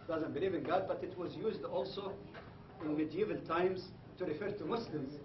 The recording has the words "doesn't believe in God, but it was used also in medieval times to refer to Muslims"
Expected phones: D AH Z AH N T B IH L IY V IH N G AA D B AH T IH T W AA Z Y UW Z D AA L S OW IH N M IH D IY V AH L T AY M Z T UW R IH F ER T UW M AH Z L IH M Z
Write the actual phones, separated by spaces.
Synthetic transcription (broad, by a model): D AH Z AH N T B IH L IY V IH N G AA D B AH T IH T W AA Z Y UW Z D AA L S OW IH N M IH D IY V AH L T AY M Z T UW R IH F ER T UW M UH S L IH M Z